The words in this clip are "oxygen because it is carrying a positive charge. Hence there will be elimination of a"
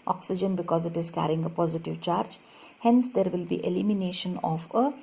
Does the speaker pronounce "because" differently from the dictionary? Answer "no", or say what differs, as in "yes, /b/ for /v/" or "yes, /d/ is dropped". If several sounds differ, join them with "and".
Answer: no